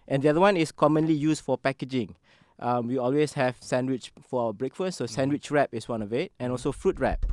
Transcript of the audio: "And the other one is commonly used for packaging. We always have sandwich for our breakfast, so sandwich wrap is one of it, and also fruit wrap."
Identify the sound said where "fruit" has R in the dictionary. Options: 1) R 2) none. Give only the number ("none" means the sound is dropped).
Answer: 1